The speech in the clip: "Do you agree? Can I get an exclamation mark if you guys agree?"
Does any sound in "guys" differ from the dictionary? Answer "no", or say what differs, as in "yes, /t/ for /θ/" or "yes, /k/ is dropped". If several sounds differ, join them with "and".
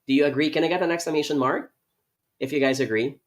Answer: no